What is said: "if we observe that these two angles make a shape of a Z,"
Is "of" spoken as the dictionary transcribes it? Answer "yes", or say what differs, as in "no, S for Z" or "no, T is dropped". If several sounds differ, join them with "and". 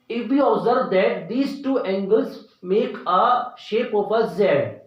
no, P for V